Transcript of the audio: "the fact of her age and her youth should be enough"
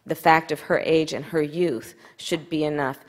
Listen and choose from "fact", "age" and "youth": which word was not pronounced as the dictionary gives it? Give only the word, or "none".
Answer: none